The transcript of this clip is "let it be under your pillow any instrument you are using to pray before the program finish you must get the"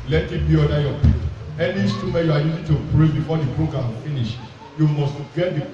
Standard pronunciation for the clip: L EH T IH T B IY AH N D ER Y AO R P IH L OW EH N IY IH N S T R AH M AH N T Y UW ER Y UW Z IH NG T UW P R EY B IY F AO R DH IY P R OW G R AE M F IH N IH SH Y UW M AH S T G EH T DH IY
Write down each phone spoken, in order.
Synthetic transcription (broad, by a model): L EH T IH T B IY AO D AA Y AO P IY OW EH N IY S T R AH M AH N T Y UW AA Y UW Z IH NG T UW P R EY B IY F AO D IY P R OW G R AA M F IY N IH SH Y UW M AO S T G EH T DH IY